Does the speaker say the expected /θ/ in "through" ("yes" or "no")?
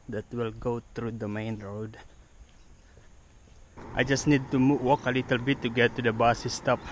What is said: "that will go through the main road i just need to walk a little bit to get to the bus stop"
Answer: no